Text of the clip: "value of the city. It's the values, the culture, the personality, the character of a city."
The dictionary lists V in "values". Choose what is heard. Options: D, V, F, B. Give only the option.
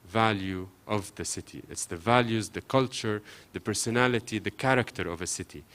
V